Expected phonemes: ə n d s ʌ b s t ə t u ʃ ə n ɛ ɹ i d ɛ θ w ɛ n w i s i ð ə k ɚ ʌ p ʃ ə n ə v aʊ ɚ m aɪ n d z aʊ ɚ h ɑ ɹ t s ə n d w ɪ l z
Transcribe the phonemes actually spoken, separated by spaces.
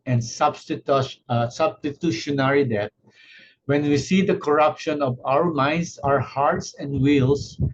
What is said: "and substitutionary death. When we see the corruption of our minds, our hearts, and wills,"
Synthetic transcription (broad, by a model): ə n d s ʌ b s t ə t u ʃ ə n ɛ ɹ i d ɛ t w ɛ n w i s i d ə k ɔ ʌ p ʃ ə n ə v aʊ ɚ m aɪ n d s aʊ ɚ h ɑ ɹ t s ə n d w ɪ l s